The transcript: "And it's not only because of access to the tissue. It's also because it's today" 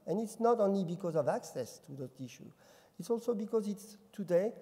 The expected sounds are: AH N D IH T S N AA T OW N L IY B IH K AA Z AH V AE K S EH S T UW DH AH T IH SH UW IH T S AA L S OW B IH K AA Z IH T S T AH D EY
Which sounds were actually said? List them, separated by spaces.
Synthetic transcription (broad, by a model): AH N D IH T S N AA T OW N L IY B IH K AA Z AH V AE K S EH S T UW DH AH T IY SH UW IH T S AA L S OW B IH K AA Z IH T S T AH D EY